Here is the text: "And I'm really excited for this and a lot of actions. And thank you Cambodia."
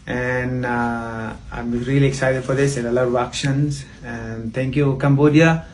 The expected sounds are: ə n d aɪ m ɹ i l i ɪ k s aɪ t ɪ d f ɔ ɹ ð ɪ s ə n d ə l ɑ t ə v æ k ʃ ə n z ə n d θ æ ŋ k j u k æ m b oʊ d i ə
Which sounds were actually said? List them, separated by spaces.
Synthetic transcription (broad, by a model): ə n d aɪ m ɹ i l i ɪ k s aɪ t ɪ d f ɔ ɹ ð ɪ s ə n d ə l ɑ ə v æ k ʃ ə n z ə n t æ ŋ k j u k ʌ m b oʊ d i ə